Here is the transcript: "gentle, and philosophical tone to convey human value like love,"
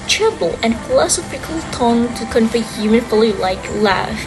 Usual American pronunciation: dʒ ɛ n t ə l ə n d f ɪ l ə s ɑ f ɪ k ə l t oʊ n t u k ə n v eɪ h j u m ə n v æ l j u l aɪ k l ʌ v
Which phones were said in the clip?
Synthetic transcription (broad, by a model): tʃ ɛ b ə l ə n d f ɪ l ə s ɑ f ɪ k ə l t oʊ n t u k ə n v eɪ h j u m ə n f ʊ l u l aɪ k l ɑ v